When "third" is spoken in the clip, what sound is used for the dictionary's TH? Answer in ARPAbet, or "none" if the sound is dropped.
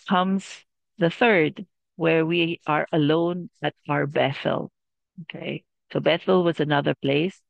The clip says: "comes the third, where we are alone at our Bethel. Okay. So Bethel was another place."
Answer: TH